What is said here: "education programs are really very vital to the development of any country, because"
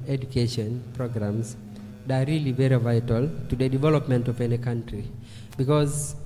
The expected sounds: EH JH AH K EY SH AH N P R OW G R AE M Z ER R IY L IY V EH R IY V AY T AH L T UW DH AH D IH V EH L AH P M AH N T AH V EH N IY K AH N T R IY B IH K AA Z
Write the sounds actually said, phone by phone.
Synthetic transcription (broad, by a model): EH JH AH K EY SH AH N P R OW G R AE M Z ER R IY L IY V EH R IY V AY T AH L T UW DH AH D IH V EH L AH P M AH N T AH V EH N IY K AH N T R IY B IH K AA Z